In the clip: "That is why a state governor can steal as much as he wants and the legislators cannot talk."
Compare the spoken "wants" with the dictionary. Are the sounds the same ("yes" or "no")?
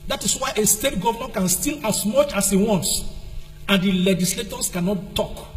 yes